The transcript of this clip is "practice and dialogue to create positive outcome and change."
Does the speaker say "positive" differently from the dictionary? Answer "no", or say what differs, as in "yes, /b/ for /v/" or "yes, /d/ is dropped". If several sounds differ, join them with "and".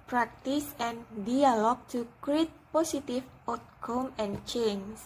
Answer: yes, /s/ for /z/ and /f/ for /v/